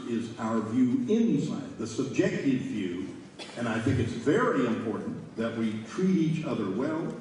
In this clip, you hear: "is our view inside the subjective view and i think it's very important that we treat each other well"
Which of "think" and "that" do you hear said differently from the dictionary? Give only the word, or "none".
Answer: none